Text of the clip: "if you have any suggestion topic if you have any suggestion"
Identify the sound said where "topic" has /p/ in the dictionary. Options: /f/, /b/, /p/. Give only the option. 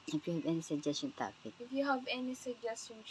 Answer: /f/